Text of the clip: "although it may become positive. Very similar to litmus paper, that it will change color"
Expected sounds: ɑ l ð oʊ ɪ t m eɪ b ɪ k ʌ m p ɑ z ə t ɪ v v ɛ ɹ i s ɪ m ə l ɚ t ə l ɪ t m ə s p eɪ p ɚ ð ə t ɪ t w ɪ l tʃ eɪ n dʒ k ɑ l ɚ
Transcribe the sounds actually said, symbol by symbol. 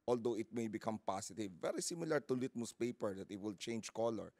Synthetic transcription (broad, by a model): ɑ l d oʊ ɪ t m eɪ b ɪ k ʌ m p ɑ s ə t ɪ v v ɛ ɹ i s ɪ m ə l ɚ t ə l ɪ t m ə s p eɪ p ɚ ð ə t ɪ t w ɪ l tʃ eɪ n dʒ k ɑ l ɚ